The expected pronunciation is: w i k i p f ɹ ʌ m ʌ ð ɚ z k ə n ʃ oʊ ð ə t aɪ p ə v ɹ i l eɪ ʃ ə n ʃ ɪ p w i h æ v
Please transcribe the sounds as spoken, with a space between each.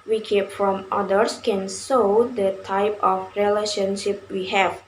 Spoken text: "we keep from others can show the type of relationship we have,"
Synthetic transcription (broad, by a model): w i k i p f ɹ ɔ m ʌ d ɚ s k ə n s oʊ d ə t aɪ p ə f ɹ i l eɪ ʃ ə n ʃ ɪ p w i h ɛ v